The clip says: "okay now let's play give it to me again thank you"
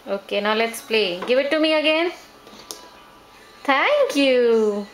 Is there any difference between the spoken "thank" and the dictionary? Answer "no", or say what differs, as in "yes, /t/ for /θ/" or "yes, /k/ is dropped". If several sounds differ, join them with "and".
yes, /t/ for /θ/